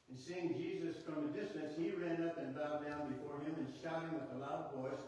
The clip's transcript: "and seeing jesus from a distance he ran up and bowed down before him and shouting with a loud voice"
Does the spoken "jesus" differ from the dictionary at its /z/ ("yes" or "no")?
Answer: no